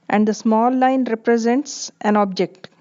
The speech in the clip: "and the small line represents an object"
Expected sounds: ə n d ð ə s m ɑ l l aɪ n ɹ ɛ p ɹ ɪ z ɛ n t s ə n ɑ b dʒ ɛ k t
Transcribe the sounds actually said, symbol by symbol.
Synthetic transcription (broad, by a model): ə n d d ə s m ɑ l l aɪ n ɹ ɛ p ɹ ɪ z ɛ n t s ə n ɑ b dʒ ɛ k t